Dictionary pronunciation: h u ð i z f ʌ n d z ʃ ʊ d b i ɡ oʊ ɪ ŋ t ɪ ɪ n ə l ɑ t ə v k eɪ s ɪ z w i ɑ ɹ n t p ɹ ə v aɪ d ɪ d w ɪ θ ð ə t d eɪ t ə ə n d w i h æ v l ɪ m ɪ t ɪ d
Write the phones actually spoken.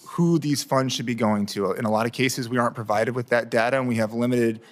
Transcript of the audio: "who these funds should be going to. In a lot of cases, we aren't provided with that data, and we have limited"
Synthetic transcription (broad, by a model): h u ð i z f ʌ n d z ʃ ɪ d b i ɡ oʊ ɪ ŋ t ɪ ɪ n ə l ɑ t ə v k eɪ s ɪ z w i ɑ ɹ n p ɹ ə v aɪ d ɪ d w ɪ ð ə t d eɪ t ə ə n w i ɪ v l ɪ m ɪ t ɪ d